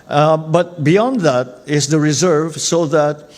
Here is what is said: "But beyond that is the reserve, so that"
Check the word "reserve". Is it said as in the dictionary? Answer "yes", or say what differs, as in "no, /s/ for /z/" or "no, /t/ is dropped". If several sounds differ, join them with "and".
yes